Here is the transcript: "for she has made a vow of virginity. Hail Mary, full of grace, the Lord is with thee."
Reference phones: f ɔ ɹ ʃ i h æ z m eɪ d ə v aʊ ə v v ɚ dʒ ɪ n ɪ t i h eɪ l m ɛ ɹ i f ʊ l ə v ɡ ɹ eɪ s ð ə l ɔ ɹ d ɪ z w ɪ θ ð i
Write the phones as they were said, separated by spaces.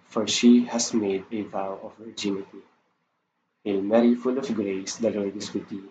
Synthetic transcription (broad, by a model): f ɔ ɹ ʃ i h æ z m eɪ d ə v aʊ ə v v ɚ dʒ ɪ n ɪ t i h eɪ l m ɛ ɹ i f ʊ l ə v ɡ ɹ eɪ s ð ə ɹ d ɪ s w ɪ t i